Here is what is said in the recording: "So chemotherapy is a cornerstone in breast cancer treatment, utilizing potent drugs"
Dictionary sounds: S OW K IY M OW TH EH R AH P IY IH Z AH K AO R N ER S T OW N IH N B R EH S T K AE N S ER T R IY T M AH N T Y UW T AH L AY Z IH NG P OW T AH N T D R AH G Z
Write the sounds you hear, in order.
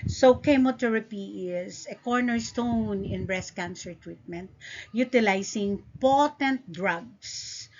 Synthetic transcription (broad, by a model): S OW K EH M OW T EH R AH P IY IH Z AH K AO R N ER S T OW N IH N B R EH S K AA N S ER T R IY T M AH N T Y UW T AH L AY S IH NG P OW T AH N T D R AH G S